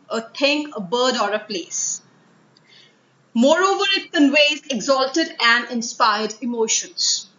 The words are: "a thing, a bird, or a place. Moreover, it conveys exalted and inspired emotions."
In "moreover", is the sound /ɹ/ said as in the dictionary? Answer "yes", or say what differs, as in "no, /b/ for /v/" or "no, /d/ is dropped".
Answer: yes